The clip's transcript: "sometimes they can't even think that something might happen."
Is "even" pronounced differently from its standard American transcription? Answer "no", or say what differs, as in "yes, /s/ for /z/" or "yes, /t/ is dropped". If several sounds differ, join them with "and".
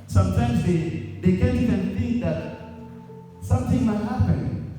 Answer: yes, /v/ is dropped